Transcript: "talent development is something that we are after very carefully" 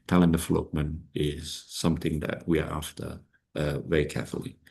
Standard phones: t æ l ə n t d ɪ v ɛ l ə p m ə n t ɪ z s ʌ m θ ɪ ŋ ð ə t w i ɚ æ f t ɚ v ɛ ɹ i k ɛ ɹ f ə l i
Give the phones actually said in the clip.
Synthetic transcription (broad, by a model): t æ l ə n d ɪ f l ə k m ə n ɪ z s ʌ m θ ɪ ŋ ð ə t w i ɚ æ f t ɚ v ɛ ɹ i k ɛ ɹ f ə l i